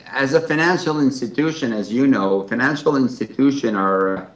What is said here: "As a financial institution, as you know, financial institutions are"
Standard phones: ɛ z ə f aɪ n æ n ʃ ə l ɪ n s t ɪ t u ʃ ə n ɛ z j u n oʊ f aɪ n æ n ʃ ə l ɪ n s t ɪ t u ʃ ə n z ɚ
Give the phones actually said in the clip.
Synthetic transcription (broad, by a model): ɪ z ə f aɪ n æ n ʃ l ɪ n s t ɪ t u ʃ ə n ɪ z j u n oʊ f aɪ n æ n ʃ l ɪ n s t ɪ t u ʃ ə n ɚ